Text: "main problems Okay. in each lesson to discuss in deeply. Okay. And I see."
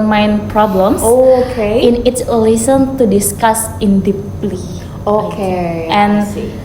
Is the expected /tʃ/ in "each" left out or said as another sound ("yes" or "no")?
yes